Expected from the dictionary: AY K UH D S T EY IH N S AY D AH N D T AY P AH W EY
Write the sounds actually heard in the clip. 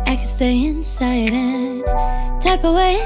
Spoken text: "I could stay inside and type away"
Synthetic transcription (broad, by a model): AY K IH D S T EY IH N S AY D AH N T AY P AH W EY